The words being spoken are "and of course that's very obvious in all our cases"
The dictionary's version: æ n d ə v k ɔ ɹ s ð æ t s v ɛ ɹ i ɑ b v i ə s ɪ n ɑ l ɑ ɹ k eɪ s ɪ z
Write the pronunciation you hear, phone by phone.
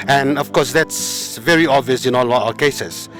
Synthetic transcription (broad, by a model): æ n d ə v k ɔ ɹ s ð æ t s v ɛ ɹ i ɑ b v i ə s ɪ n ɑ l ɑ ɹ k eɪ s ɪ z